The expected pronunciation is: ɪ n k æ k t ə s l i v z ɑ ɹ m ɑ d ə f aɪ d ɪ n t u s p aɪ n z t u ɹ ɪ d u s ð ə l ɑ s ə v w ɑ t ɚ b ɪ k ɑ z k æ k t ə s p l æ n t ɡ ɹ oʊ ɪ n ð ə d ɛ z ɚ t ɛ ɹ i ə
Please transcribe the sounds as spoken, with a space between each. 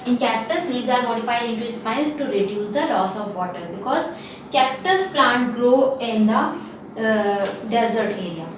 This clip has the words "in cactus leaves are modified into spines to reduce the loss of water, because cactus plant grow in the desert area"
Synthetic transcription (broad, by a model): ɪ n k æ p t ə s n i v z ɑ ɹ m ɑ d ə f aɪ d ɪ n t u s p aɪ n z t u ɹ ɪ d u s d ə l ɑ s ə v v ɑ t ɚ b ɪ k ɑ z k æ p t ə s p l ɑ n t ɡ ɹ oʊ ɪ n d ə d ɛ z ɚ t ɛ ɹ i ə